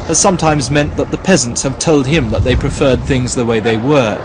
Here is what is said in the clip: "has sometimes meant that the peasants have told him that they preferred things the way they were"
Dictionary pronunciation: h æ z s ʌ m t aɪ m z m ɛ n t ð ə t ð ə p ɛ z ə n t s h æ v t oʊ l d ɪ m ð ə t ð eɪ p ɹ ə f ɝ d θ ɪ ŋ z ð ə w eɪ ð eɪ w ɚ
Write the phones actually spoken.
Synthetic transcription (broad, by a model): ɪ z s ʌ m t aɪ m z m ɛ n ð ə t ð ə p ɛ z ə n t s h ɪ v t oʊ l d ɪ m ð ə t ð eɪ p ɹ ə f ɝ d θ ɪ ŋ z ð ə w eɪ ð eɪ w ɚ